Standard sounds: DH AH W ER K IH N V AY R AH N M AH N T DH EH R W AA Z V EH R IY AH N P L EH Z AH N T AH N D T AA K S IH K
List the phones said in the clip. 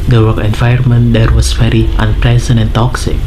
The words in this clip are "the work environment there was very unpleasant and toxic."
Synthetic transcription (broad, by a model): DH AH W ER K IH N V AY AH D M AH N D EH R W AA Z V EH R IY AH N P L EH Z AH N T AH N T AA K S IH K